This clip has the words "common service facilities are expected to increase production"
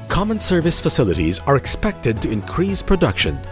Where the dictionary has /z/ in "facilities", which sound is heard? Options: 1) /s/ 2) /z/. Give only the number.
2